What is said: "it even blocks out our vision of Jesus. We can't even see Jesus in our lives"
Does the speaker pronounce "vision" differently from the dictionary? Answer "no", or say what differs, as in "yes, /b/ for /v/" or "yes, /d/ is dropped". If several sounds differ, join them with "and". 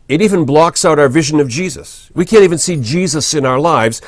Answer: no